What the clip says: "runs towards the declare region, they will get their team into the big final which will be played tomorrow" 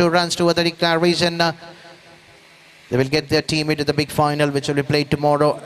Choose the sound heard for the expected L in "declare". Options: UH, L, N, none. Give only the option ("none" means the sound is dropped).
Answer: none